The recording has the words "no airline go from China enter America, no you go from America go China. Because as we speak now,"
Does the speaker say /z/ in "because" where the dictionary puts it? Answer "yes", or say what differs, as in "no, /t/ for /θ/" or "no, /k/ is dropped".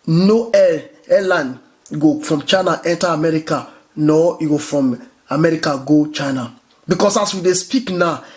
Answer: no, /s/ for /z/